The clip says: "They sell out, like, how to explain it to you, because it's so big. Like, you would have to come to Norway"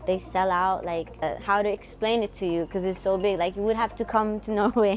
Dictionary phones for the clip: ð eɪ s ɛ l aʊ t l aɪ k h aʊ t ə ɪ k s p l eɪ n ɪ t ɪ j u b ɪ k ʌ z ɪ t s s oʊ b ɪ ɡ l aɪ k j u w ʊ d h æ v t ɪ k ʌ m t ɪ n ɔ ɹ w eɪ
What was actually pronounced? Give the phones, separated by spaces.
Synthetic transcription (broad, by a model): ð eɪ s ɛ l aʊ t l aɪ k h aʊ t ɪ k s p l eɪ n ɪ t ɪ j u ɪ k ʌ z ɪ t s s oʊ b ɪ ɡ l aɪ k j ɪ w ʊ d h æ f t ɪ k ʌ m t ɪ n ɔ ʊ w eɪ